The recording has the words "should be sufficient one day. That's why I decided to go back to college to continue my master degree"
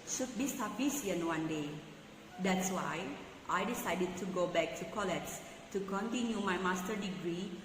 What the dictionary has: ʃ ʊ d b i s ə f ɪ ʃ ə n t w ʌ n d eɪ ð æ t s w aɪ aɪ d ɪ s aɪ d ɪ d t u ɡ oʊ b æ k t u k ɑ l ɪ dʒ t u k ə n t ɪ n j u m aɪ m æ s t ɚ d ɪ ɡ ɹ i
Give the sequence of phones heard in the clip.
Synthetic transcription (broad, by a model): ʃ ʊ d b i s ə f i s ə n w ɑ n d eɪ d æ t s w aɪ aɪ d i s aɪ d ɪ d t u ɡ oʊ b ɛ k t u k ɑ l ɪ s t u k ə n t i n j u m aɪ m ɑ s t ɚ d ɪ ɡ ɹ i